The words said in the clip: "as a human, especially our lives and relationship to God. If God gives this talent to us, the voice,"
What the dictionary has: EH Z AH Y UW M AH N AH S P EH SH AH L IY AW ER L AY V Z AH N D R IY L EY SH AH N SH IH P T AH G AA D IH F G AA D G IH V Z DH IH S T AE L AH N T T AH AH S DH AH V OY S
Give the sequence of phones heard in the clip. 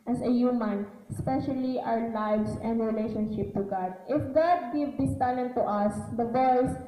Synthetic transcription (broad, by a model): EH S AH Y UW M AH N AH S P EH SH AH L IY AW ER L AY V S AH N D R IY L EY SH AH N SH IH P T AH G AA D IH F G AA D G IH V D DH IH S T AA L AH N T T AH AH S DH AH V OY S